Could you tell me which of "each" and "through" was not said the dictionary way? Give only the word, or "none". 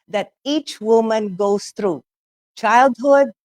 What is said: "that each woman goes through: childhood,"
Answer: through